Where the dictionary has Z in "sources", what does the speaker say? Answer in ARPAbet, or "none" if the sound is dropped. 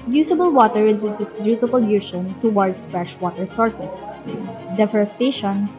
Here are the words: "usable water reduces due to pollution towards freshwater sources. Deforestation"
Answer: S